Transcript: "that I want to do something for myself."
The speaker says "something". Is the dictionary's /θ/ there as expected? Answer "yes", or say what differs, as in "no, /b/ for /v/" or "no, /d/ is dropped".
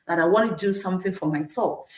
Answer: yes